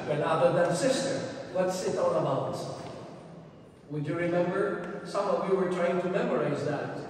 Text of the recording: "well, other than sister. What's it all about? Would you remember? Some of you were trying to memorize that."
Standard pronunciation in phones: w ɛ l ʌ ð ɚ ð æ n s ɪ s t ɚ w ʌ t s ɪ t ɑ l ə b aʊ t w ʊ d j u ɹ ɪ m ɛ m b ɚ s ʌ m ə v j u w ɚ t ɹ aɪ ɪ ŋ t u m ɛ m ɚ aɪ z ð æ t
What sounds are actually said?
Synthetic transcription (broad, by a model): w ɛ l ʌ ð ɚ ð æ n s ɪ s t ɚ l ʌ t s ɪ t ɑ n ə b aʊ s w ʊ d j u ɹ ɪ m ɛ m b ɚ s ʌ m ə v j u w ɚ t ɹ aɪ ɪ ŋ t u m ɛ m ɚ aɪ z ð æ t